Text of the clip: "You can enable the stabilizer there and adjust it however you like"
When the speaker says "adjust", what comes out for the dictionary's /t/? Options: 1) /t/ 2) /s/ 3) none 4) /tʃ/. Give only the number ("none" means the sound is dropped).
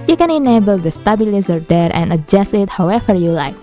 3